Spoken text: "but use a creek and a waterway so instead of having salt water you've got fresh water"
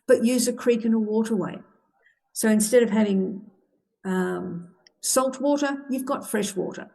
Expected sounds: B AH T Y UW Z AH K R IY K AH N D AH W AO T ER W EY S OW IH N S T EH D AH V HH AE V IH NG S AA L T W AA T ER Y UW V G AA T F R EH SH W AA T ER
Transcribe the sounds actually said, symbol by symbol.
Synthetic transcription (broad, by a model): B AH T Y UW Z AH K R IY K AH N AH W AO T ER W EY S OW IH N S T EH D AH V HH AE V IH NG S AA L T W AA T ER Y UW V G AA T F R EH SH W AA T ER